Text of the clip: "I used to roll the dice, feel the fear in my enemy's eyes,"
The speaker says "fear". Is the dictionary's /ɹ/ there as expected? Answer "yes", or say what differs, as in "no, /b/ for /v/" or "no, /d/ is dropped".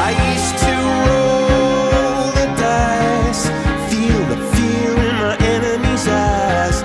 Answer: no, /l/ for /ɹ/